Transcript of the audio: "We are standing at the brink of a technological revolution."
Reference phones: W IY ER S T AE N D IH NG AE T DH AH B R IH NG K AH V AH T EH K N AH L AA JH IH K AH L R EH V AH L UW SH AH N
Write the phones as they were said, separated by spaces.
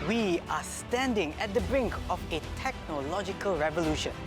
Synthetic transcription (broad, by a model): W IY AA S T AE N D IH NG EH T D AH B R IH NG K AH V AH T EH K N AH L AA JH IH K AH L R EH V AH L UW SH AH N